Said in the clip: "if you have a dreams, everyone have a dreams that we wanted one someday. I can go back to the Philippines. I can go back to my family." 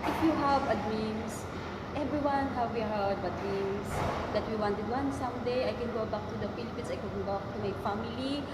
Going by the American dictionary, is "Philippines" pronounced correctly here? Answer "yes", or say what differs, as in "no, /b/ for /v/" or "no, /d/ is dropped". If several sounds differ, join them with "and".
no, /s/ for /z/